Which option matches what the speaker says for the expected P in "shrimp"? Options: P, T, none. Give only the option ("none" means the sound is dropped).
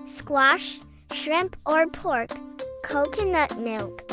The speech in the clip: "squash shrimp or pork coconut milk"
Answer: P